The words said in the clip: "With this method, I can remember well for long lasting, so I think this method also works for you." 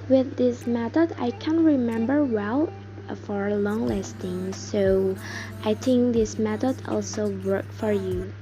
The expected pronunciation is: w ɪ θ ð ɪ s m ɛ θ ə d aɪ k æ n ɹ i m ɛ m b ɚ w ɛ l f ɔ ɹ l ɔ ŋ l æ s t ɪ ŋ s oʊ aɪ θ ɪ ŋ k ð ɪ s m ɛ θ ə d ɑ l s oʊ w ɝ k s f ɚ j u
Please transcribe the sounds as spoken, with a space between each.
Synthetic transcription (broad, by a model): w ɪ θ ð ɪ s m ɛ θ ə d aɪ k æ n ɹ i m ɛ m b ɚ w ɛ l f ɔ ɹ l ɔ ŋ l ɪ s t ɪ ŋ s oʊ aɪ θ ɪ ŋ k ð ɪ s m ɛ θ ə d ɑ l s oʊ w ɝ k f ɚ j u